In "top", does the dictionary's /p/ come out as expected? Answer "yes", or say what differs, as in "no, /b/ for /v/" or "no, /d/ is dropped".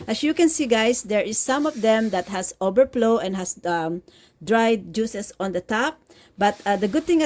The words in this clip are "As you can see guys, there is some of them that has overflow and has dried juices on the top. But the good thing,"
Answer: yes